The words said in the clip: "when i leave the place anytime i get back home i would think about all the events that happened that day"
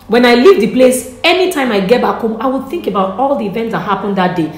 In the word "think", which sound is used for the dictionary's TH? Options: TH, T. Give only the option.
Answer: TH